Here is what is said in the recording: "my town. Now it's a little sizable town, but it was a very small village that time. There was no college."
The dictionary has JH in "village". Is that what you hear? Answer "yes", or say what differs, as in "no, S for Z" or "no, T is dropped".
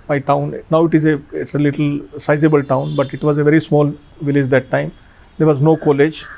yes